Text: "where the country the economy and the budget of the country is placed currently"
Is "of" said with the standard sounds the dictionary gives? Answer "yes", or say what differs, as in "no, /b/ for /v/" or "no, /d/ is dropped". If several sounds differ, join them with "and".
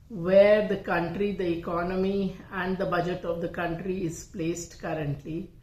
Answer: yes